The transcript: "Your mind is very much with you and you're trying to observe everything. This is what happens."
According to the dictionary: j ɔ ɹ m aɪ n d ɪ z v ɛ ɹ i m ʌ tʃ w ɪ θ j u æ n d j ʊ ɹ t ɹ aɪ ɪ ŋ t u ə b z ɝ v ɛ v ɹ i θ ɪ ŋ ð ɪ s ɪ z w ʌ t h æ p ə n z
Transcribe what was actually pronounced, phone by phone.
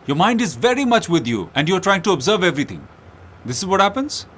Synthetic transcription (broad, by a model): j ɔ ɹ m aɪ n d ɪ z v ɛ ɹ i m ʌ tʃ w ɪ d j u æ n d j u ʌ t ɹ aɪ ɪ ŋ t u ə b z ɝ v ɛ v ɹ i t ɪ ŋ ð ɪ s ɪ z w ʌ t h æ p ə n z